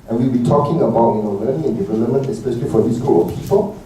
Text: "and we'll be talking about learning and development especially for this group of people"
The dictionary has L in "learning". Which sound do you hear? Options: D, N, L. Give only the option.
N